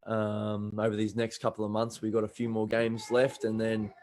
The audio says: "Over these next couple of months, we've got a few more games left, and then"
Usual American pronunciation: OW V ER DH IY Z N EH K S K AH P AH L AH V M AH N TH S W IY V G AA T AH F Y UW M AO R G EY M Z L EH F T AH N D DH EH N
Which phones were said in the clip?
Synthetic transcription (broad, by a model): OW V ER DH IY Z N EH K S K AH P L AH V M AH N TH S W IY G AA T AH F Y UW M AO R G EY M Z L EH F T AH N DH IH N